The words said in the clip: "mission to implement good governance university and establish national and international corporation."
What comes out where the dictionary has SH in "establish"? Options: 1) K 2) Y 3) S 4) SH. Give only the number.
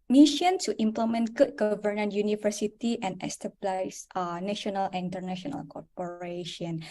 3